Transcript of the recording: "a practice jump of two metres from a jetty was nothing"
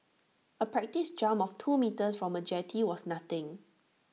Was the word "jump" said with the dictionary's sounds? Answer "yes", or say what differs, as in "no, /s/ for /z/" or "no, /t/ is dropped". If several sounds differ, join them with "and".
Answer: no, /p/ is dropped